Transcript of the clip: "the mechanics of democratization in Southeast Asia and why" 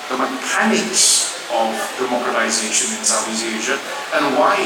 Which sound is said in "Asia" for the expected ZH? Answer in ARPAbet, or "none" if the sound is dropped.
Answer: ZH